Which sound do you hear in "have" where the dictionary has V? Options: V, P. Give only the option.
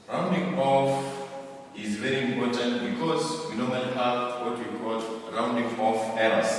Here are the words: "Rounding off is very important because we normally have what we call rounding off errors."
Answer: P